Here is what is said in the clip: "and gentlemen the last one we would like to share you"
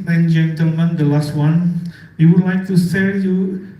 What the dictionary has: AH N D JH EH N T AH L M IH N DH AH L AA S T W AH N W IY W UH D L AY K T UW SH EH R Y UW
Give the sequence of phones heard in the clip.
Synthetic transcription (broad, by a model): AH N JH EH N T AH L M IH N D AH L AA S T W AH N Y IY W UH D L AY K T UW S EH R Y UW